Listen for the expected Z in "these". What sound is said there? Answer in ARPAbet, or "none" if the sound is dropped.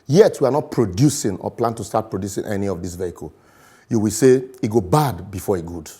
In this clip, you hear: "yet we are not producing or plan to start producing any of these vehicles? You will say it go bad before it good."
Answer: S